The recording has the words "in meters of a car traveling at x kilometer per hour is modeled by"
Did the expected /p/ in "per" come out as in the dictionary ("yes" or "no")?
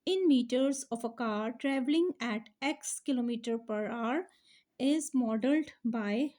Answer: yes